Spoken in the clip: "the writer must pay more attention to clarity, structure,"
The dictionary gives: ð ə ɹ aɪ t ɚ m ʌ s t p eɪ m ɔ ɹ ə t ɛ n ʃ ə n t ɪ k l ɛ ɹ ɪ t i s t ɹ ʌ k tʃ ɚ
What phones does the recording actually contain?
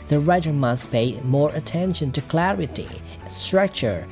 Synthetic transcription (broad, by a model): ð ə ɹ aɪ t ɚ m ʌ s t p eɪ m ɔ ɹ ə t ɛ n ʃ ə n t ɪ k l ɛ ɹ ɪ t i s t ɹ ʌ k tʃ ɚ